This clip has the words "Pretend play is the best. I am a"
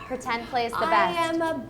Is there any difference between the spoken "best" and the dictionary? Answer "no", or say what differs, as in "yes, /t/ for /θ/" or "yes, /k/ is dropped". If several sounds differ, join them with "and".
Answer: yes, /t/ is dropped